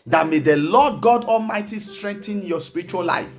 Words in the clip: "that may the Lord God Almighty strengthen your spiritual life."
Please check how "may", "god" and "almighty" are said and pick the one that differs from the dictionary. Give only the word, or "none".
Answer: none